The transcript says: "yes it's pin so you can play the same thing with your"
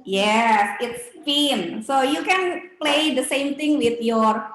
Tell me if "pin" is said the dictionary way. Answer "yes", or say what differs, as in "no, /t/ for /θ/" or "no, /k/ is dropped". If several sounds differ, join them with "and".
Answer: no, /f/ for /p/